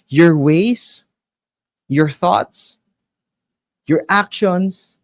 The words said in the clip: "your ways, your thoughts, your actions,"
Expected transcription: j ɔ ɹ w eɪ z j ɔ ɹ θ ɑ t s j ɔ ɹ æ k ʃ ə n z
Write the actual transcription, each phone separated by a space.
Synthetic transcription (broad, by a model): j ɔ ɹ w eɪ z j ɔ ɹ θ ɑ t s j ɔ ɹ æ k ʃ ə n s